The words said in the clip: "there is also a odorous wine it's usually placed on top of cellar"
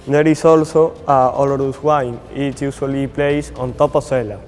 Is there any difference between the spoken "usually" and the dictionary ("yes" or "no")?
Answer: yes